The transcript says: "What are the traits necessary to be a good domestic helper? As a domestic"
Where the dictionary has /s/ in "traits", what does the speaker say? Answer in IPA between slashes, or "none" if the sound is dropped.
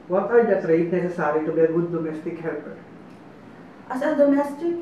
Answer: none